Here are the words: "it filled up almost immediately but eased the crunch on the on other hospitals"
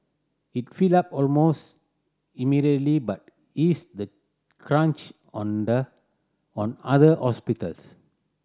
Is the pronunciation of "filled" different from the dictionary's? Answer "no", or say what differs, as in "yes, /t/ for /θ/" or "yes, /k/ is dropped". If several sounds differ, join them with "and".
yes, /d/ is dropped